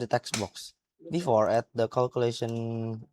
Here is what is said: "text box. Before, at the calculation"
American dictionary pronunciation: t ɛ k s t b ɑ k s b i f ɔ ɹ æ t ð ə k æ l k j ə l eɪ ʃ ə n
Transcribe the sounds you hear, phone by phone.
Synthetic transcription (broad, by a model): t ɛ k s b ɑ k s b i f ɔ ɹ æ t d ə k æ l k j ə l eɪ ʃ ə n